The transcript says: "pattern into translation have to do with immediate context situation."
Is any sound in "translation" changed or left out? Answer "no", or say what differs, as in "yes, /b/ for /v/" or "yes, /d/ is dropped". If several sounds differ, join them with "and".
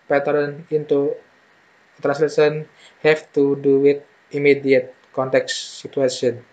yes, /s/ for /ʃ/